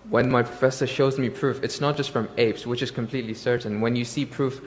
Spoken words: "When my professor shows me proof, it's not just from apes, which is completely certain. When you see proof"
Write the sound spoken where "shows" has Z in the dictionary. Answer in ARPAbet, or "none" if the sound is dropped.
Z